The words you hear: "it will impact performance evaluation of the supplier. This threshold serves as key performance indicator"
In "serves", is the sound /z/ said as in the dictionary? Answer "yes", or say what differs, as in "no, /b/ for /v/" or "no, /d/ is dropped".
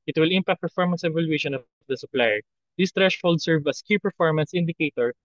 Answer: no, /z/ is dropped